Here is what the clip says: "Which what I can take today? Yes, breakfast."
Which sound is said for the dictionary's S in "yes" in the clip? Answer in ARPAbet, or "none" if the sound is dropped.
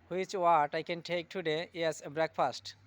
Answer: none